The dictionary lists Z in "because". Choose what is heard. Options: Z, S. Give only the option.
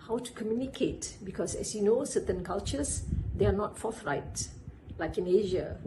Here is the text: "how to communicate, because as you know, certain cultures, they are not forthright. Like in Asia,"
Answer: S